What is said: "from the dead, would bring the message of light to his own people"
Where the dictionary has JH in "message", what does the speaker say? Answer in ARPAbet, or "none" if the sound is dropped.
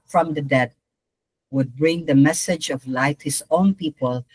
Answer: JH